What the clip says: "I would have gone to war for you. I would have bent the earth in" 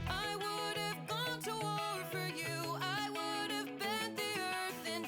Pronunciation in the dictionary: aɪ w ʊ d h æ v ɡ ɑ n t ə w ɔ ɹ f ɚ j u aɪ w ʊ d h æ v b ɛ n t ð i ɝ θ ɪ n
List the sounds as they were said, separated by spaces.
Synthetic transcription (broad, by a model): aɪ w ʊ d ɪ v ɡ ɑ n t ə w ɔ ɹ f ɚ j u aɪ w ʊ d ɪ v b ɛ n ð i ɝ θ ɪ n